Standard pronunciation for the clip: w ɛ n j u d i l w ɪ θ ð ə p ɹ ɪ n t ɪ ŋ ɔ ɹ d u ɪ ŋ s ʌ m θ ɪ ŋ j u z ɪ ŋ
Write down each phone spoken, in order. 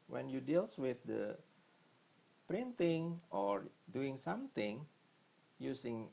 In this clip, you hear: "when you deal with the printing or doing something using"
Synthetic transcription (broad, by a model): w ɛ n j u d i l w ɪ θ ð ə p ɹ ɪ n t ɪ ŋ ɔ ɹ d u ɪ ŋ s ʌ m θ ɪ ŋ j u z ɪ ŋ